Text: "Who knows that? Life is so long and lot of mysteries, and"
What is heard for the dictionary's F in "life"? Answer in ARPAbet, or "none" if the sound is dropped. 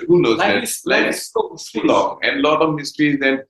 none